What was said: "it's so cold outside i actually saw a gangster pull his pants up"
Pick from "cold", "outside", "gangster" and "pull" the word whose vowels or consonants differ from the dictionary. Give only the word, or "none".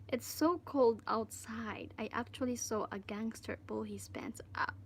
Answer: pull